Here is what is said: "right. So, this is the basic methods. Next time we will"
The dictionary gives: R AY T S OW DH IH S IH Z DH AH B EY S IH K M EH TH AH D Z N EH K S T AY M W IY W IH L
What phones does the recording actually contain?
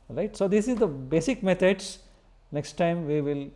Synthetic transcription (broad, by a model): R AY T S OW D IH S IH Z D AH B EY S IH K M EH T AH D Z N EH K S T AY M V IY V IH L